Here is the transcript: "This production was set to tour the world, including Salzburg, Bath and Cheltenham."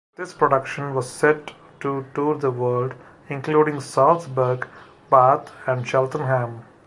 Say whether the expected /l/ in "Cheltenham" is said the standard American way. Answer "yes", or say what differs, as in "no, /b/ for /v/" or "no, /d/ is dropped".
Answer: yes